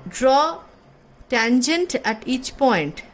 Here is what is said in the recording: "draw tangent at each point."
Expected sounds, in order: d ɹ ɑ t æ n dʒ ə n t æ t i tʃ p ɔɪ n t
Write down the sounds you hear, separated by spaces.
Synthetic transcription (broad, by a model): d ɹ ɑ t æ n dʒ ə n t æ t i tʃ p ɔɪ n t